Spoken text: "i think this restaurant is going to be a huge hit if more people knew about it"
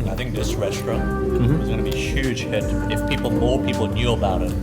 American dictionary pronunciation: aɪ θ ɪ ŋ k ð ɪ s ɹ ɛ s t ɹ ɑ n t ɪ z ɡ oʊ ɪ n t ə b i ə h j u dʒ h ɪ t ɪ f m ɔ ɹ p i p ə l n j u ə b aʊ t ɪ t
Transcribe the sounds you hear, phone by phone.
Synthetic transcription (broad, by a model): aɪ θ ɪ ŋ k ð ɪ s ɹ ɛ s t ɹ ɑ n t ɪ z ɡ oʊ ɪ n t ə b i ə h j u dʒ h ɪ t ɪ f m ɔ ɹ p i p l n j u ə b aʊ t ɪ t